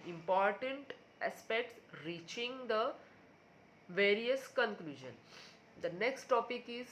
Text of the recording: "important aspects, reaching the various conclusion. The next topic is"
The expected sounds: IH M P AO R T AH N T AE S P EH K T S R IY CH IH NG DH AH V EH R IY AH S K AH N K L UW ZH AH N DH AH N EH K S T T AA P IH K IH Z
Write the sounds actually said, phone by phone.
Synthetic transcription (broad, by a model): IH M P AO R T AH N T AE S P EH K T S R IY CH IH NG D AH V EH R IY AH S K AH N K L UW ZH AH N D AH N EH K S T T AA P IH K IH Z